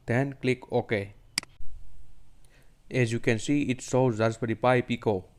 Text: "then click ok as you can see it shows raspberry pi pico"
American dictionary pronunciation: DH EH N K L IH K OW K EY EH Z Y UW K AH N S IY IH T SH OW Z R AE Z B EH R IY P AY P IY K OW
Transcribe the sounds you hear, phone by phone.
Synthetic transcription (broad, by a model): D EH N K L IH K OW K EY EH Z Y UW K AH N S IY IH T S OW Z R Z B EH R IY P AY P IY K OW